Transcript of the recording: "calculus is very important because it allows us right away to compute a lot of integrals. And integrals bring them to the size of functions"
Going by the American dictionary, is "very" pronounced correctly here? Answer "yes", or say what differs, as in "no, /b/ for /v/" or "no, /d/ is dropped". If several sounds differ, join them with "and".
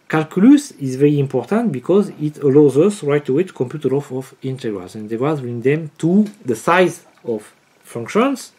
yes